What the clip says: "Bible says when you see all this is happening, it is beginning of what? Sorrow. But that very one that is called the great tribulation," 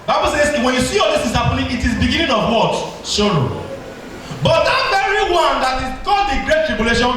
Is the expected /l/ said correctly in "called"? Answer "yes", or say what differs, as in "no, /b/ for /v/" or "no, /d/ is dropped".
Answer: no, /l/ is dropped